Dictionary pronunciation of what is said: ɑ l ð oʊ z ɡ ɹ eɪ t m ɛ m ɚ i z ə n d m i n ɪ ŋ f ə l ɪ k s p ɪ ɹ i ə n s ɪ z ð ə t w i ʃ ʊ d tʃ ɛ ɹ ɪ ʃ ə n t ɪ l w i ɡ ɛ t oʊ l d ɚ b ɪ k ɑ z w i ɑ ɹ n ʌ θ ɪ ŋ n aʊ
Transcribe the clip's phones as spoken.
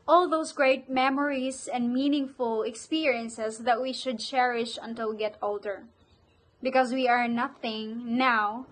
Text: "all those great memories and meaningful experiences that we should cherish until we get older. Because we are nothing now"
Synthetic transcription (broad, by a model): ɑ l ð oʊ s ɡ ɹ eɪ t m ɛ m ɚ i s ə n d m i n ɪ ŋ f ə l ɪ k s p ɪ ɹ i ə n s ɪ s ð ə t w i ʃ ʊ d tʃ ɛ ɹ ɪ ʃ ə n t ɪ l ɡ ɛ t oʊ l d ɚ b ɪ k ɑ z w i ɑ ɹ n ʌ θ ɪ ŋ n aʊ